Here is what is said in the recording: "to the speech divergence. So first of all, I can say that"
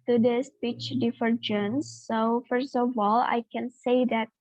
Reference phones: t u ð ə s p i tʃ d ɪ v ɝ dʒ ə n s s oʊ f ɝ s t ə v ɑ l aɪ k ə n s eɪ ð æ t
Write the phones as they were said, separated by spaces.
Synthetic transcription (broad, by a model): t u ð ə s p i tʃ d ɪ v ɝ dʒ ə n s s oʊ f ɝ s t ə v ɑ l aɪ k ə n s eɪ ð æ t